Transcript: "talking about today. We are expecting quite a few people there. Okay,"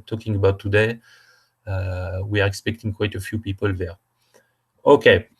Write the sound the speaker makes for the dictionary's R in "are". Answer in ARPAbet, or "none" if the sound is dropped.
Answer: R